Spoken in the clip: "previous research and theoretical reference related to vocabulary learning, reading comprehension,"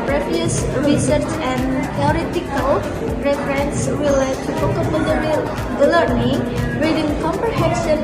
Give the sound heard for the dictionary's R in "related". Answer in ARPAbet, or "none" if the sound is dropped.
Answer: W